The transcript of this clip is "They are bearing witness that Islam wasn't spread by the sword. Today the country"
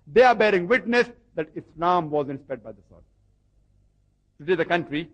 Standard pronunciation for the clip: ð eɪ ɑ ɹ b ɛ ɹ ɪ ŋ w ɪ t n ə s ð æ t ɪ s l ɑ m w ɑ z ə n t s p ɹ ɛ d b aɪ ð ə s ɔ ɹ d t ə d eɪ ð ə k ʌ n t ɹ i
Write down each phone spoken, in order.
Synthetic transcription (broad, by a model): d eɪ ɑ ɹ b ɛ ɹ ɪ ŋ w ɪ t n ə s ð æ t ɪ s l ɑ m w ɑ z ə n s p ɛ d b aɪ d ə s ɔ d t ə d eɪ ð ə k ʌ n t ɹ i